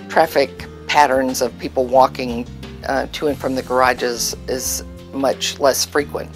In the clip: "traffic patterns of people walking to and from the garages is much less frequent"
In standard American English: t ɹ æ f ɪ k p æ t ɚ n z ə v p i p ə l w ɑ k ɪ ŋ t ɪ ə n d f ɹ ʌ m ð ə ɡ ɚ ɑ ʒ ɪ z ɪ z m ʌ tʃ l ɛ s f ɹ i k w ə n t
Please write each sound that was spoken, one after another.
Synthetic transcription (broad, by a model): t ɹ æ f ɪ k p æ t ɚ n z ə v p i p l w ɑ k ɪ ŋ t ɪ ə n f ɹ ʌ m ð ə ɡ ɚ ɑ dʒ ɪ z ɪ z m ʌ tʃ l ɛ s f ɹ i k w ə n t